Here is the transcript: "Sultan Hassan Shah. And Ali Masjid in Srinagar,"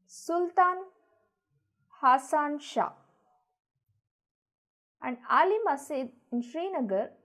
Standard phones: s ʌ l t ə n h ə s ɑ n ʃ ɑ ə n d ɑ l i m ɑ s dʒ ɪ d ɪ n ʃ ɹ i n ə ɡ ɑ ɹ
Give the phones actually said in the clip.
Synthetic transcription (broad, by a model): s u l t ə n h ə s ɑ n ʃ ɑ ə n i ɑ l i m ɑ s ɛ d ɪ n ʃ ɹ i n ə ɡ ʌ ɹ